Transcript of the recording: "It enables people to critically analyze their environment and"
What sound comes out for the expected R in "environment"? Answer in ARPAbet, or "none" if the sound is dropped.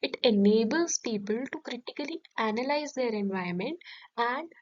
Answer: none